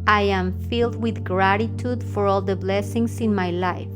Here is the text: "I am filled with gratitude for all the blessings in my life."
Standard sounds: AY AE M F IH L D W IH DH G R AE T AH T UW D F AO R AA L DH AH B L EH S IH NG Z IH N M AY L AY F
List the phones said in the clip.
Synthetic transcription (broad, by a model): AY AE M F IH L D W IH DH G R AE T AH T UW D F AO R AA L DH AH B L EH S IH NG S IH N M AY L AY F